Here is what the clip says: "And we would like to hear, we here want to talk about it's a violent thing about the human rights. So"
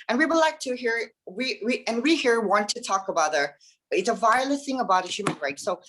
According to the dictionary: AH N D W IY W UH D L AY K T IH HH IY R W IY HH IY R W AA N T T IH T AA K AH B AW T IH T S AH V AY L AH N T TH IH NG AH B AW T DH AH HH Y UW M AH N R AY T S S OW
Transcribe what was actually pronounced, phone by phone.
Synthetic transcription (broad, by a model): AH N W IY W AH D L AY K T IH HH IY R W IY HH IY R W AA N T T IH T AA K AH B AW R IH T S AH V AY L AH T TH IH NG AH B AW T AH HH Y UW M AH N R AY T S S OW